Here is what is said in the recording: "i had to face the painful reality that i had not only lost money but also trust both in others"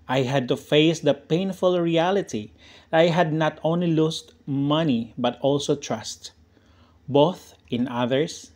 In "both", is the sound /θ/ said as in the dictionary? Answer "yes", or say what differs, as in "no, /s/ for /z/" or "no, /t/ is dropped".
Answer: yes